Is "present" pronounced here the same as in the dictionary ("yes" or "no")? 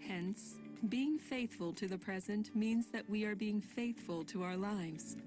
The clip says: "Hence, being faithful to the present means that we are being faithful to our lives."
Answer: yes